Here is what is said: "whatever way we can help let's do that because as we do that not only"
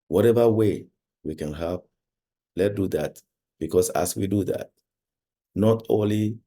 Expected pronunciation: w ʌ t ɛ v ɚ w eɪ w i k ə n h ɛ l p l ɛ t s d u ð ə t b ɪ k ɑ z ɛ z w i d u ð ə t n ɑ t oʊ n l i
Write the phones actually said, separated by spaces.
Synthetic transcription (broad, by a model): w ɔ t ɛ v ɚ w eɪ w i k ə n h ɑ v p l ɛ t d u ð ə t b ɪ k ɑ s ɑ s w i d u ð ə t n ɑ t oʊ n l i